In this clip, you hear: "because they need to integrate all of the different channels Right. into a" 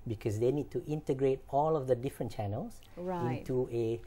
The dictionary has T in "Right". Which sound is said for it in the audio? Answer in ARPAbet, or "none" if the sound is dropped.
none